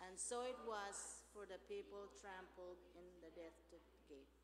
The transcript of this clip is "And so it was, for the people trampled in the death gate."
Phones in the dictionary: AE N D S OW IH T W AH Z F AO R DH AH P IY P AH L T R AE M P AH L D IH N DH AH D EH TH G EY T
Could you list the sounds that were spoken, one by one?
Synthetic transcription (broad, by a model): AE N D S OW IH T W AH Z F AO R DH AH P IY P AH L T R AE M P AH L D IH N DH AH D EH T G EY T